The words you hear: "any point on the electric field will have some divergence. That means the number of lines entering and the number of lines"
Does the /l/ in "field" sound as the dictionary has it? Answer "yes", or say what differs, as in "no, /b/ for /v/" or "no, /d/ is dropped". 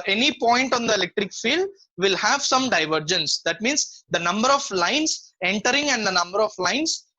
yes